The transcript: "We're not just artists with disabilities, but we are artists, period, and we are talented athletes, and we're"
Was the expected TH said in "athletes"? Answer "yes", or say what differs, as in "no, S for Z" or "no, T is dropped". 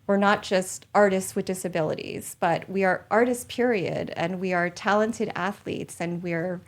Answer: yes